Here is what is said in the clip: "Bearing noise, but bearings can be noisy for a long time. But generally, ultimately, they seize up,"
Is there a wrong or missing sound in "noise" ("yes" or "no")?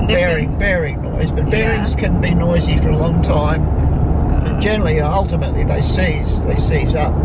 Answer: no